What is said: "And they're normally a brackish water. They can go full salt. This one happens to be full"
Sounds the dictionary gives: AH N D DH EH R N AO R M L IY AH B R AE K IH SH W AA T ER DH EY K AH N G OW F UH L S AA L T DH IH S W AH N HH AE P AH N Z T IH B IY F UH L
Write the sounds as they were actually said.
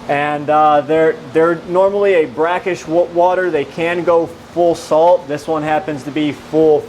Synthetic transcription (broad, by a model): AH N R DH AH R N AO R M L IY AH B R AE K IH SH W AA T ER DH EY K AH N G OW F UH L S AA L T DH IH S W AH N HH AE P AH N Z T IH B IY F UH L